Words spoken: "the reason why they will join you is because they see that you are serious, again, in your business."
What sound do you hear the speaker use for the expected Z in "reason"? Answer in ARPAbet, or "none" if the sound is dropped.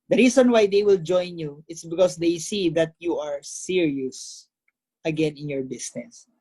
S